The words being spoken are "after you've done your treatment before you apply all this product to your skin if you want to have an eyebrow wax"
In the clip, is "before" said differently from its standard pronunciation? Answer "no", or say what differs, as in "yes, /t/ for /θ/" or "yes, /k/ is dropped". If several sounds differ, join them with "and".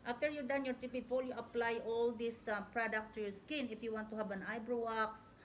yes, /l/ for /ɹ/